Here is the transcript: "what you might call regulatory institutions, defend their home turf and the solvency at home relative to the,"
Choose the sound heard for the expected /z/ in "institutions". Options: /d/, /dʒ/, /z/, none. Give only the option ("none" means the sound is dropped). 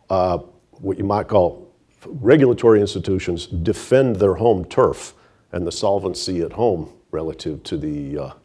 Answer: /z/